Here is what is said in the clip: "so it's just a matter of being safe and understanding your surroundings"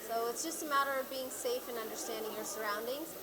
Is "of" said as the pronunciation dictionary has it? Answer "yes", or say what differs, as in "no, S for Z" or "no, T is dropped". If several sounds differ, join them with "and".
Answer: yes